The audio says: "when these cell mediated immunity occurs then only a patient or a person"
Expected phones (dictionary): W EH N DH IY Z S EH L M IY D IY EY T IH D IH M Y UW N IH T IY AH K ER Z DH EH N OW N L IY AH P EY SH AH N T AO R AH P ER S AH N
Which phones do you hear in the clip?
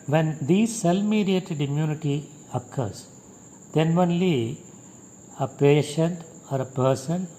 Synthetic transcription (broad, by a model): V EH N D IY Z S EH L M IY D IY EY T IH D IH M Y UW N IH T IY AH K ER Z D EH N OW N L IY AH P EY SH AH N T AO R AH P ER S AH N